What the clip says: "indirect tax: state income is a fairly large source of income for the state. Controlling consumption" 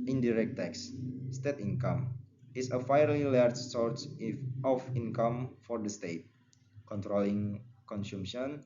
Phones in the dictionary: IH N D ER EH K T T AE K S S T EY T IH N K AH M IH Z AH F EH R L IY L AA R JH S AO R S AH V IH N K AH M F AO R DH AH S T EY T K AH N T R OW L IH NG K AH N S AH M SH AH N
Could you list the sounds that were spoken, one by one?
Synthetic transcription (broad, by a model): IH N D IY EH K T T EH K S S T EY T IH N K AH M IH S AH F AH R L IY L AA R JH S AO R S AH F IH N K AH M F AO R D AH S T EY T K AH N T R OW L IH NG K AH N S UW M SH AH N